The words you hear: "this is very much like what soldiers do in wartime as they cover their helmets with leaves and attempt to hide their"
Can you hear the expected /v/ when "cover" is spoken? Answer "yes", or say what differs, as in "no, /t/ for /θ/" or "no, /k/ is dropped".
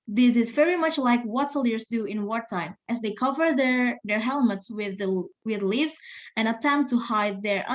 yes